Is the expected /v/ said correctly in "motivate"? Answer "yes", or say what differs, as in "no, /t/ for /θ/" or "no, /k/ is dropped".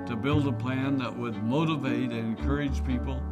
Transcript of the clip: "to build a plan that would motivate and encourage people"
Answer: yes